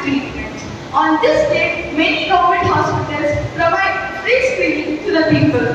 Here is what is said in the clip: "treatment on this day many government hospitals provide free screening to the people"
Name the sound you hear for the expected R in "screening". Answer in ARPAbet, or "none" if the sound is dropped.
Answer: none